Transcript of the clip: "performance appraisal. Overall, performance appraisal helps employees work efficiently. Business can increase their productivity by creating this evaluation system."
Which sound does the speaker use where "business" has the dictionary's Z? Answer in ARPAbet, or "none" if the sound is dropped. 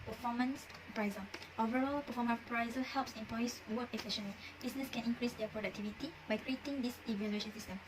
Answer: S